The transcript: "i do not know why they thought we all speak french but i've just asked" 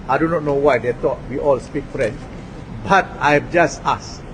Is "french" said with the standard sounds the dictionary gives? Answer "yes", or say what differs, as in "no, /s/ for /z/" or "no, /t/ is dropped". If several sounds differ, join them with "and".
no, /s/ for /tʃ/